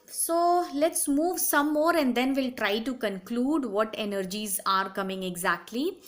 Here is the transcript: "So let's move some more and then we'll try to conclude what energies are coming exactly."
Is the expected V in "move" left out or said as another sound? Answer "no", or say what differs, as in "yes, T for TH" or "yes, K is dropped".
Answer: no